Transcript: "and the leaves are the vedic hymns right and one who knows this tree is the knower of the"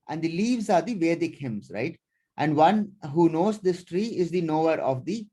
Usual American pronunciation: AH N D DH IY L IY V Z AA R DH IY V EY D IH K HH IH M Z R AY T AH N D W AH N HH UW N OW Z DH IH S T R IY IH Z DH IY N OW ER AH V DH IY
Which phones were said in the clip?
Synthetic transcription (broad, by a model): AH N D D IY L IY V Z AA R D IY V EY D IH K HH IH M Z R AY T AH N D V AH N HH UW N OW Z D IH S T R IY IH Z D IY N OW ER AH V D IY